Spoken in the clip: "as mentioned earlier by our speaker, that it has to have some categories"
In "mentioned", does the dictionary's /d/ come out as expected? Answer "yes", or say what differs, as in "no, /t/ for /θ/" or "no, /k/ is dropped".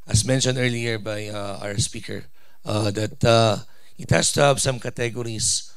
yes